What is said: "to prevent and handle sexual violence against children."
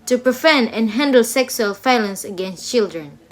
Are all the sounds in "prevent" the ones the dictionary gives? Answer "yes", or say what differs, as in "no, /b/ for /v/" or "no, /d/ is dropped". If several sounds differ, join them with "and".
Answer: no, /f/ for /v/ and /t/ is dropped